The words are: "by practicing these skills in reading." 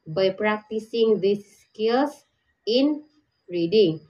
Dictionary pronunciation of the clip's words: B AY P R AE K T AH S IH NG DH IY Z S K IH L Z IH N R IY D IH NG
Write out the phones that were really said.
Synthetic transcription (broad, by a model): B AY P R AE K T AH S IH NG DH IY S K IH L S IH N R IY D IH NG